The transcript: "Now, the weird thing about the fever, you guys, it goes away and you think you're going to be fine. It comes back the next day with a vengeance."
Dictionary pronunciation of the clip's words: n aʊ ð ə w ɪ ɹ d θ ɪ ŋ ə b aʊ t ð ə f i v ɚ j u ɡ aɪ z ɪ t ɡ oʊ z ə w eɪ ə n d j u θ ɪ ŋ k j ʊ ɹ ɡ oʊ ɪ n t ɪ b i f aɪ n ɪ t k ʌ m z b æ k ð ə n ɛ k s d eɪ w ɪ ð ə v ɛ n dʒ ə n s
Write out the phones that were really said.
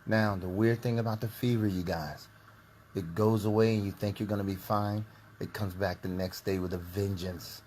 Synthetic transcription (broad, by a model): n aʊ ð ə w ɪ ɹ d θ ɪ ŋ ə b aʊ t ð ə f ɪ v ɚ j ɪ ɡ aɪ z ɪ t ɡ oʊ z ə w eɪ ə n j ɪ θ ɪ ŋ k j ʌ ɹ ɡ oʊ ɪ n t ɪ b i f aɪ n ɪ t k ʌ m z b æ k ð ə n ɛ k s d eɪ w ɪ ð ə v ɛ n dʒ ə n s